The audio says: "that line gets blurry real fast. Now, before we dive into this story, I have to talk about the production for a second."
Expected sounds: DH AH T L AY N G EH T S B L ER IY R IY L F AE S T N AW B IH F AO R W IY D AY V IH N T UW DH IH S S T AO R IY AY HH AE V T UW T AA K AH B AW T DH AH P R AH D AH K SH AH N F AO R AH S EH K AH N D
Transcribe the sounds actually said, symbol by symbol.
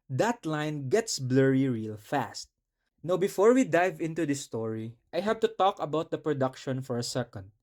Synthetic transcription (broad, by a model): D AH T L AY N G EH T S B L ER IY R IY L F AE S T N AW B IH F AO R W IY D AY V IH N T UW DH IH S S T AO R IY AY HH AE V T UW T AA K AH B AW T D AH P R AH D AH K SH AH N F AO R AH S EH K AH N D